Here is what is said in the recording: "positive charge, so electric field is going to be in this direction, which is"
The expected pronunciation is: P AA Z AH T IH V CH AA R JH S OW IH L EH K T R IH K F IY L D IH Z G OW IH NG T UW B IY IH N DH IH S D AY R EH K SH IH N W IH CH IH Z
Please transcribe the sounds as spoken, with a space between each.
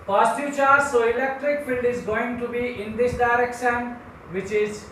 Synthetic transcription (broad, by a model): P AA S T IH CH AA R S OW IH L EH K T R IH K F IY L D IH Z G OW IH NG T UW B IY IH N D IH S D AY R EH K SH IH N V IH CH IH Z